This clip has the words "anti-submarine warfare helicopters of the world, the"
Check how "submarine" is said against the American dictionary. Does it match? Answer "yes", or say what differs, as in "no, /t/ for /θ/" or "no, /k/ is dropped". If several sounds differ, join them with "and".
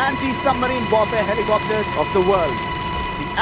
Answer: no, /b/ is dropped